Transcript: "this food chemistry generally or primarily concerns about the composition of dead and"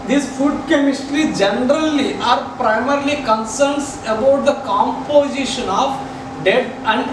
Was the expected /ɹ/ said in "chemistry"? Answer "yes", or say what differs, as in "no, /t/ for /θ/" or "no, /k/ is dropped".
yes